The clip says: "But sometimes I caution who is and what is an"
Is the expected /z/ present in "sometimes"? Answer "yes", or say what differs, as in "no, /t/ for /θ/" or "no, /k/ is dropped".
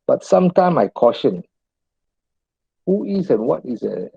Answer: no, /z/ is dropped